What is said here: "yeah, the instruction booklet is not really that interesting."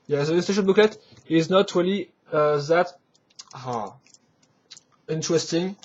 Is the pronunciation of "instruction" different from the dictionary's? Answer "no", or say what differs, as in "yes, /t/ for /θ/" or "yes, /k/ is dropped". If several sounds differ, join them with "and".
yes, /ɹ/ is dropped and /k/ is dropped